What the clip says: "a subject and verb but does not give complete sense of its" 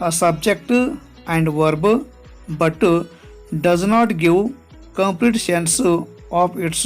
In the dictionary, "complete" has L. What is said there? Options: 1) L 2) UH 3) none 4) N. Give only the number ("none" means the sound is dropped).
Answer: 1